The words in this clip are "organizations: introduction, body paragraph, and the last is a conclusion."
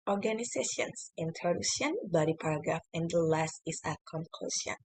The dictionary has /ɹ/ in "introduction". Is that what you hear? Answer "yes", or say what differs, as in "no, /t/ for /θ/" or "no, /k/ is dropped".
no, /ɹ/ is dropped